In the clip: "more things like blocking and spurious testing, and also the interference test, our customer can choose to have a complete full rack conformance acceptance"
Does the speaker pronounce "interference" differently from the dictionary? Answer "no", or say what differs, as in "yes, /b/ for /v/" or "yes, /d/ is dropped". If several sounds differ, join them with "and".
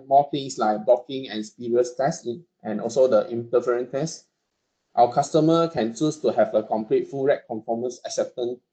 yes, /s/ is dropped